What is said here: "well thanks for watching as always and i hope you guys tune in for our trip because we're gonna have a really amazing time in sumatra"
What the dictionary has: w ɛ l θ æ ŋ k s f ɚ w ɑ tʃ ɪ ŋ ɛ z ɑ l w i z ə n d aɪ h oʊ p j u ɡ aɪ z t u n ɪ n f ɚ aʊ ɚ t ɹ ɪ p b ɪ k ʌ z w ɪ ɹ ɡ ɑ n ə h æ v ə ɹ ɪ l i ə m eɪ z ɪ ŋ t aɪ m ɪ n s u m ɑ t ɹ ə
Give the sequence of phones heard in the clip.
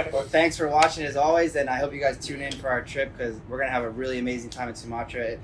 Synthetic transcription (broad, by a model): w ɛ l θ æ ŋ k s f ɚ w ɑ tʃ ɪ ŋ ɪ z ɑ l w i z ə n aɪ h oʊ p j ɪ ɡ aɪ z t u n ɪ n f ɚ aʊ ɚ t ɹ ɪ p k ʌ z w ɪ ɹ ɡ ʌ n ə v ə ɹ ɪ l i ə m eɪ z ɪ ŋ t aɪ m ɪ n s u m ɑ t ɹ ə